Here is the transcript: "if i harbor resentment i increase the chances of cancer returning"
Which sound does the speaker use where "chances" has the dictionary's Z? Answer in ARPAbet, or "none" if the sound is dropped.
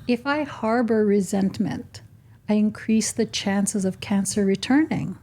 Z